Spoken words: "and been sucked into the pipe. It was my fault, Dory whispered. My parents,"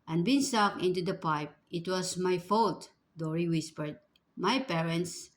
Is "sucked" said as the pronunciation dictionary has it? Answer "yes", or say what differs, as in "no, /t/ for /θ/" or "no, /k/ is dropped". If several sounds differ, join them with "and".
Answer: no, /t/ is dropped